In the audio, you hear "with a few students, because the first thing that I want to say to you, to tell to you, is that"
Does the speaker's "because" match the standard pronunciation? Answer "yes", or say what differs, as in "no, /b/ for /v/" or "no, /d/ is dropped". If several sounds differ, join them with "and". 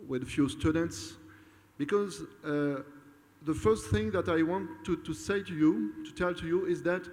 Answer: yes